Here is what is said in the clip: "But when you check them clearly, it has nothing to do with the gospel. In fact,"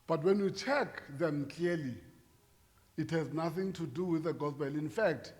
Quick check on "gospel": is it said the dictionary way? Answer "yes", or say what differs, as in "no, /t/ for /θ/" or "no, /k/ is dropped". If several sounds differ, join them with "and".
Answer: no, /b/ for /p/